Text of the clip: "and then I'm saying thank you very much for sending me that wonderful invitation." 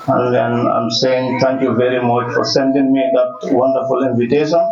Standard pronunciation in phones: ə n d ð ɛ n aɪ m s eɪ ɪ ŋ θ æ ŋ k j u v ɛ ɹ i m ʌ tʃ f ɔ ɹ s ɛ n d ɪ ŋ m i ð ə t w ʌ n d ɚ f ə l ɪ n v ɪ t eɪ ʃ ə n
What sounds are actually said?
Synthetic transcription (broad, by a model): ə n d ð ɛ n aɪ m s eɪ ɪ ŋ t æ ŋ k j u v ɛ ɹ i m ʌ tʃ f ɔ ɹ s ɛ n d ɪ ŋ m i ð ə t w ʌ n d ɚ f ə l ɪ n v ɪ t eɪ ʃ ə n